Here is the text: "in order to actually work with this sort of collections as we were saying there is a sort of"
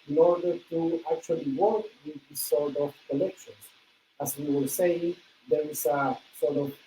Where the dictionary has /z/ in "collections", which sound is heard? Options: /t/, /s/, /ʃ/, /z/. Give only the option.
/s/